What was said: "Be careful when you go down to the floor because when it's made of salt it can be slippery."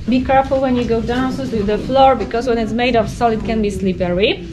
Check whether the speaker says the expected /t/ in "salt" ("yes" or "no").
no